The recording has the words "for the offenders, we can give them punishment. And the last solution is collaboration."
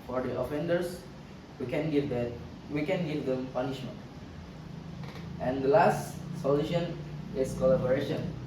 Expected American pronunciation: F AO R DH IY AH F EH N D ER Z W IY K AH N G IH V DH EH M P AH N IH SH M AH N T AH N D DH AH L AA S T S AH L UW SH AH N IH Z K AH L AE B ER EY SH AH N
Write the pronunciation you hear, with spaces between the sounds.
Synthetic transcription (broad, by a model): F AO R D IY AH F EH N D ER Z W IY K AH N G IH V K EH M P AH N IH SH M AH N T AH N D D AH L AA S T S AH L UW SH AH N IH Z K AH L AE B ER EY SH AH N